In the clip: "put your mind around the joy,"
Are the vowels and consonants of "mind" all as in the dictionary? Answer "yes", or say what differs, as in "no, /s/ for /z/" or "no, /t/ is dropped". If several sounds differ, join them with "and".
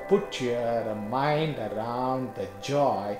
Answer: yes